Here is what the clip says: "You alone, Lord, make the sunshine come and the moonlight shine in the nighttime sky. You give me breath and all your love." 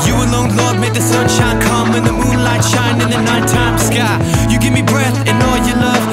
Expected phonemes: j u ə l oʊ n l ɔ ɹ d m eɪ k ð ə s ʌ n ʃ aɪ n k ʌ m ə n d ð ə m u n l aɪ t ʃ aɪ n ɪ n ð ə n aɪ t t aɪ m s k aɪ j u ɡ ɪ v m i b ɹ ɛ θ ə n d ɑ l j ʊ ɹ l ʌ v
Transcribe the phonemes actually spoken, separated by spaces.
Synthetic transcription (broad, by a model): j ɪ ə l oʊ n l ɔ ɹ d m eɪ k ð ə s ʌ n ʃ aɪ n k ʌ m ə n ð ə m u n l aɪ t ʃ aɪ n ɪ n ð ə n aɪ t t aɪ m s k aɪ j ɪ ɡ ɪ v m i b ɹ ɛ θ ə n ɑ l j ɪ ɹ l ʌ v